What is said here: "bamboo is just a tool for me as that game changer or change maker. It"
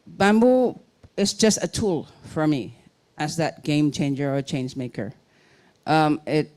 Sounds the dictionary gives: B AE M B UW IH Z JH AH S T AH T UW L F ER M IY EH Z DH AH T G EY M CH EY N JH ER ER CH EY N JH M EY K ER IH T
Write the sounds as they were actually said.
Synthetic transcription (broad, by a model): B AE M B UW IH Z JH AH S T AH T UW L F ER M IY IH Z DH AH T G EY M CH EY N JH ER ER CH EY N JH M EY K ER IH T